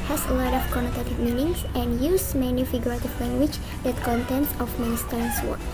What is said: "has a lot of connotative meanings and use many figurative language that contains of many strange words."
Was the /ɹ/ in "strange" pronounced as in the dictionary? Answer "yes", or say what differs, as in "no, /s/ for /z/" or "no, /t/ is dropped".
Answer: no, /ɹ/ is dropped